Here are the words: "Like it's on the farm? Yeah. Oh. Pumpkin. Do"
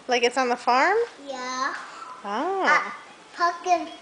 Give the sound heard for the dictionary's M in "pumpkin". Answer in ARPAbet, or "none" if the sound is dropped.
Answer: none